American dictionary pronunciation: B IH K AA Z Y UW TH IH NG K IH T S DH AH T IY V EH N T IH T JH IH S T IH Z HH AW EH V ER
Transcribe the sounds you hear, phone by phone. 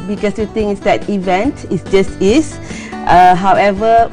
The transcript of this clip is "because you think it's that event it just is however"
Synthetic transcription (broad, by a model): B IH K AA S Y UW T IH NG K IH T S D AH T IY V EH N T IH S JH IH S T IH S HH AW EH V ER